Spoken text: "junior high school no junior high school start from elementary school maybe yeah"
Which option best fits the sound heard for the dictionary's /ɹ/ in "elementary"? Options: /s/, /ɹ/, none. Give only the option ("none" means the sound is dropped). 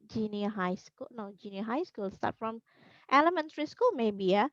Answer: /ɹ/